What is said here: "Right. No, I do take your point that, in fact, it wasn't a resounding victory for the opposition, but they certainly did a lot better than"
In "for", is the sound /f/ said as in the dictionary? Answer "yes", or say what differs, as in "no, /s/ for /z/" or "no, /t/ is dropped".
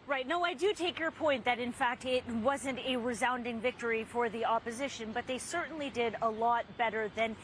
yes